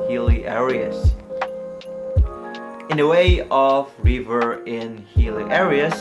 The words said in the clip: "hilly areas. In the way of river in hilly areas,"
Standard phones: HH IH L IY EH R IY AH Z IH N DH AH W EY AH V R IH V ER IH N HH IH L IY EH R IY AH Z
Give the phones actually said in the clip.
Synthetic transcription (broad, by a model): HH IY L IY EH R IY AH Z IH N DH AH W EY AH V R IH V ER IH N HH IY L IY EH R IY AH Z